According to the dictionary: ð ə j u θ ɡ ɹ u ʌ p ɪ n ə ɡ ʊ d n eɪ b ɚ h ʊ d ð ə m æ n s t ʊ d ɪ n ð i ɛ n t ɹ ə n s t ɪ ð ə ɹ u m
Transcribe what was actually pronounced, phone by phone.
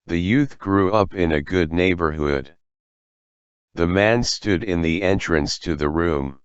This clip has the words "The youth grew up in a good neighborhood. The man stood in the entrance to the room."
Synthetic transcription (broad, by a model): ð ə j u θ ɡ ɹ u ʌ p ɪ n ə ɡ ʊ d n eɪ b ɚ h ʊ d ð ə m æ n s t ʊ d ɪ n ð i ɛ n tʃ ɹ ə n s t ɪ ð ə ɹ u m